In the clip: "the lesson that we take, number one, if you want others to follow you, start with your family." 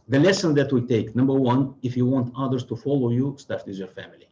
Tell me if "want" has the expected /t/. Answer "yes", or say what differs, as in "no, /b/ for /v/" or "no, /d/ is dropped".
yes